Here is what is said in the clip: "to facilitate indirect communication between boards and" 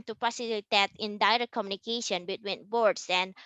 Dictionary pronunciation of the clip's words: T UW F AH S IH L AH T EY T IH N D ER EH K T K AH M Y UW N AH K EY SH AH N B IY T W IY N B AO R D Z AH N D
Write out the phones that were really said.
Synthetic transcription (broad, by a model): T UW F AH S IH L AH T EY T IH N D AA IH T K AH M Y UW N AH K EY SH AH N B IY T W IY N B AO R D S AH N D